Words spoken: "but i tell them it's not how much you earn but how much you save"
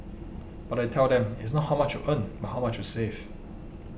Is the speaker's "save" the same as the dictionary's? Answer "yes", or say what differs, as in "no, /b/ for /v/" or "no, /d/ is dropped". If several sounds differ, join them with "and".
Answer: no, /f/ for /v/